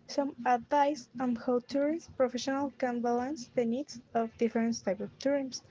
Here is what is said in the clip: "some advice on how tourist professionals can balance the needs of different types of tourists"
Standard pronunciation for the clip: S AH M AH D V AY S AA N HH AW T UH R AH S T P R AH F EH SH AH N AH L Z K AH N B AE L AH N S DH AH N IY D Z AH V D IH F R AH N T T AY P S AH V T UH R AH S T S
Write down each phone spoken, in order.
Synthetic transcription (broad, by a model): S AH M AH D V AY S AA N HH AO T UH R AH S P R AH F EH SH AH N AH L K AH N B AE L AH N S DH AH N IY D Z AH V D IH F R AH N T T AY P AH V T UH R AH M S